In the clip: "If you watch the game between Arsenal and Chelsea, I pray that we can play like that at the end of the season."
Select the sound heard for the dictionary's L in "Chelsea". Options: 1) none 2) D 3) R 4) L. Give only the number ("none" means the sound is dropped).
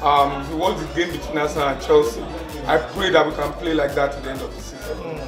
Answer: 4